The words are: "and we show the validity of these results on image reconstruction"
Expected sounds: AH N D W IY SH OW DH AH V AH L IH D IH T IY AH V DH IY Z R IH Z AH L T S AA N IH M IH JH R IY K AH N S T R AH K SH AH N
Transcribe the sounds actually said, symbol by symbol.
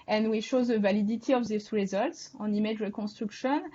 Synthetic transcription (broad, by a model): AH N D W IY SH OW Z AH V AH L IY D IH T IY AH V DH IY S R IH Z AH L T S AA N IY M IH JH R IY K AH S T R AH K SH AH N